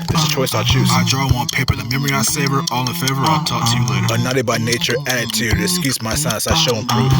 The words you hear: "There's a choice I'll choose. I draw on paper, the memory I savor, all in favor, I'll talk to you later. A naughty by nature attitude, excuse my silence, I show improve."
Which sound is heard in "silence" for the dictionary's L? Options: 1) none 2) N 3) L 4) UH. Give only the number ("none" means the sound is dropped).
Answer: 1